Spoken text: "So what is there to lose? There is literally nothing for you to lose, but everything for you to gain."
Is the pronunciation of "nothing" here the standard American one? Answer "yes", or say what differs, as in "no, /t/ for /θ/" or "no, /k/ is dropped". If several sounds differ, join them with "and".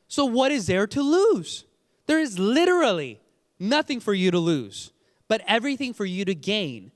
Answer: yes